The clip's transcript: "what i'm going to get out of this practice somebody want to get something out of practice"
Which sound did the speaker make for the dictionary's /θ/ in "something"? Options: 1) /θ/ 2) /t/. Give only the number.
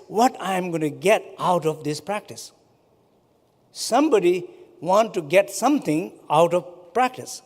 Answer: 2